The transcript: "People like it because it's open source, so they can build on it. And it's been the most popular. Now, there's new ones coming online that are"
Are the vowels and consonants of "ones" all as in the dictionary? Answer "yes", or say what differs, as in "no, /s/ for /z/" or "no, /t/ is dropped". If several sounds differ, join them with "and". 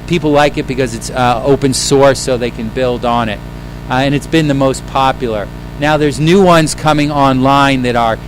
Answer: yes